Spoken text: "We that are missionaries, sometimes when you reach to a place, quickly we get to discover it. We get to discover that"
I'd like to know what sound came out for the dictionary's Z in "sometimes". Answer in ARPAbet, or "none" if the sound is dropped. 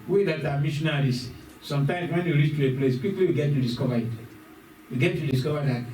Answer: S